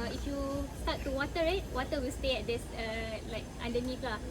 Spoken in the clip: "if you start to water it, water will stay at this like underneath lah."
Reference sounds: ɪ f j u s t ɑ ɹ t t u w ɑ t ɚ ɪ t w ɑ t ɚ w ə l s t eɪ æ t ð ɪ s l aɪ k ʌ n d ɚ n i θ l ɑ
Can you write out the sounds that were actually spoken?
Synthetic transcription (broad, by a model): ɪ f j u s t ɑ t t u w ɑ t ɚ ɪ t w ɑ t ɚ w ə l s t eɪ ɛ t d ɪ s l aɪ k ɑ n d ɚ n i f l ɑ